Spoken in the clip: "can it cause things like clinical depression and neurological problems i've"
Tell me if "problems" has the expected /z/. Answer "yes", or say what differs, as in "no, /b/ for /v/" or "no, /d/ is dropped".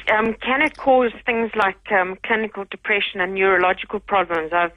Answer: yes